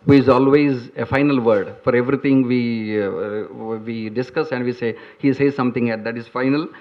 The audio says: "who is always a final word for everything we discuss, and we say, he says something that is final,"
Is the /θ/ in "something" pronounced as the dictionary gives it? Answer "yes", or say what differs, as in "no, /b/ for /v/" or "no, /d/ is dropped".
no, /t/ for /θ/